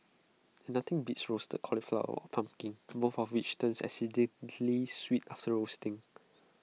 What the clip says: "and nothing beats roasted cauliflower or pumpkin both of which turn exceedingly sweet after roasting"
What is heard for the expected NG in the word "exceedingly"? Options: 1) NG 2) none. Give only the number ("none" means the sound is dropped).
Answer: 2